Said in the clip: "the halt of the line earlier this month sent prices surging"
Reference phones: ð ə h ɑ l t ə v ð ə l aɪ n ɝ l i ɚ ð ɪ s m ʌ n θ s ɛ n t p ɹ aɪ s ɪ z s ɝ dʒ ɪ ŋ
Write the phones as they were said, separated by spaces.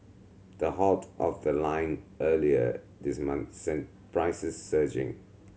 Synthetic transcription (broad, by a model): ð ə h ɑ t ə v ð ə l aɪ n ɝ l i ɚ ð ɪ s m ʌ n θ s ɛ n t p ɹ aɪ s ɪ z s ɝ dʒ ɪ ŋ